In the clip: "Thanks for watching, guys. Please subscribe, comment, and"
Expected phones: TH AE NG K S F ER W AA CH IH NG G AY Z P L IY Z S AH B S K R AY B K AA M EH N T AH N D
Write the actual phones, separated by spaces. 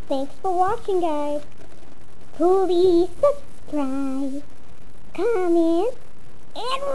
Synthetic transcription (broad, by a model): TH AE NG K S F ER W AA CH IH NG G AY Z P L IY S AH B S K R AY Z K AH M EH N AH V